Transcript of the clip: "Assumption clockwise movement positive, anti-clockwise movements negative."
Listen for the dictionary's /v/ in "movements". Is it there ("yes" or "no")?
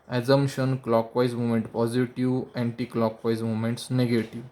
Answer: no